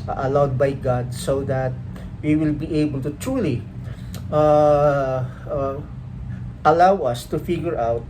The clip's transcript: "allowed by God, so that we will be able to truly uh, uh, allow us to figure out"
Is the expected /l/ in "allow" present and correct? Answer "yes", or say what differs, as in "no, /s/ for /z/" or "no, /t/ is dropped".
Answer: yes